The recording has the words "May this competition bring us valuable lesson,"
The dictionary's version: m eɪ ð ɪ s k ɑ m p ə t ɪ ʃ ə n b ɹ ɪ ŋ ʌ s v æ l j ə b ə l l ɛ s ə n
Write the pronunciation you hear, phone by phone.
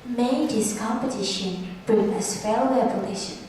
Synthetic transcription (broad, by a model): m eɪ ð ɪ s k ɑ m p ə t ɪ ʃ ə n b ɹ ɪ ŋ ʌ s f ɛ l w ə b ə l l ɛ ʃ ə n